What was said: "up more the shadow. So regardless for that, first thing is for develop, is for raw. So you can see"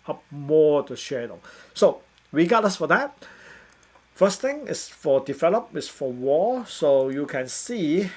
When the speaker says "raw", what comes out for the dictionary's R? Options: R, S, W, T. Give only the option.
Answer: W